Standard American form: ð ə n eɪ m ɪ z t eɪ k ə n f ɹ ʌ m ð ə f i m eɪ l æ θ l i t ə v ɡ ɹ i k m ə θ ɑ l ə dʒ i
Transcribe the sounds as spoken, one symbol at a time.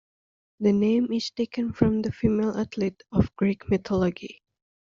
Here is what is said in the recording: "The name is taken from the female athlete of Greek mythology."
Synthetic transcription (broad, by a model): ð ə n eɪ m ɪ z t eɪ k ə n f ɹ ʌ m ð ə f i m eɪ l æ t l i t ə v ɡ ɹ i k m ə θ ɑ l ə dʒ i